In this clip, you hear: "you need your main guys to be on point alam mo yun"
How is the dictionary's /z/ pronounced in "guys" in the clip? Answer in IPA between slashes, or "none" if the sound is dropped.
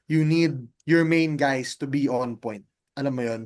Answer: /s/